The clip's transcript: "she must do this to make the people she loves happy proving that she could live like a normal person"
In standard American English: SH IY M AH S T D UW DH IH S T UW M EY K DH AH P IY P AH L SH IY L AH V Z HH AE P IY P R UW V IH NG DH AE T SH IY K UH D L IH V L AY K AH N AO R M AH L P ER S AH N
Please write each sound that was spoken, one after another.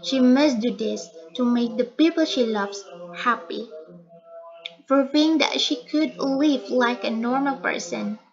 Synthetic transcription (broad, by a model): SH IY M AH S D UW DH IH S T UW M EY K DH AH P IY P AH L SH IY L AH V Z HH AE P IY F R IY IH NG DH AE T SH IY K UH D L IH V L AY K AH N AO R M AH L P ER S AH N